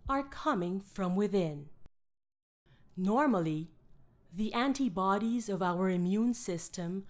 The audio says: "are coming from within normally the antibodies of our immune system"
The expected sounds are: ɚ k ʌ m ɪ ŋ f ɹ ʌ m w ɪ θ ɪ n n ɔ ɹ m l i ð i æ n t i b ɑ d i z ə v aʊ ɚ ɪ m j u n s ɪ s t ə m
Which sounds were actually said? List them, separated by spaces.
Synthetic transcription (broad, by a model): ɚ k ʌ m ɪ ŋ f ɹ ʌ m w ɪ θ ɪ n n ɔ ɹ m l i ð i æ n t i b ɑ d i z ə v aʊ ɚ ɪ m j u n s ɪ s t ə m